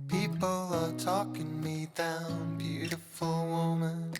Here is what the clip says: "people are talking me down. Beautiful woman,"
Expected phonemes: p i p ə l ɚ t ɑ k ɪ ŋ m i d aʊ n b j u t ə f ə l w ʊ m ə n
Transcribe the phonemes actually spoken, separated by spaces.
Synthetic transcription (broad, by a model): p i p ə l ɚ t ɑ k ɪ ŋ m i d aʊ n b j u t ə f ə l w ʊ m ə n